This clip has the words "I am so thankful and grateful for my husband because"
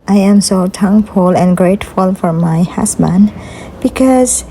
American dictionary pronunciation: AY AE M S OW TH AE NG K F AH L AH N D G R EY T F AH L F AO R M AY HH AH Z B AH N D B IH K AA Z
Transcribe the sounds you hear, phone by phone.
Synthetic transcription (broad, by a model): AY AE M S OW T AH NG F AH L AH N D G R EY T F AH L F AO R M AY HH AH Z B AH N D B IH K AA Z